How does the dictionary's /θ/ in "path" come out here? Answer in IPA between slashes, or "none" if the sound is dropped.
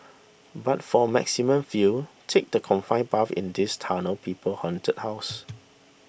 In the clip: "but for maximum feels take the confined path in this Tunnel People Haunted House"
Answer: /f/